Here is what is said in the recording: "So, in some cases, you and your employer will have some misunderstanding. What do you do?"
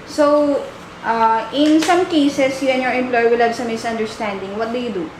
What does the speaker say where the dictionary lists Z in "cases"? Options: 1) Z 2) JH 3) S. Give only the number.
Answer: 3